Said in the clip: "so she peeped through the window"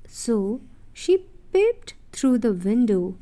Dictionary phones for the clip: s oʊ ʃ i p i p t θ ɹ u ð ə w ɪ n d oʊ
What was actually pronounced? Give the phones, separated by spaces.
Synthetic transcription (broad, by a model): s oʊ ʃ i p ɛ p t t ɹ u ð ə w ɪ n d oʊ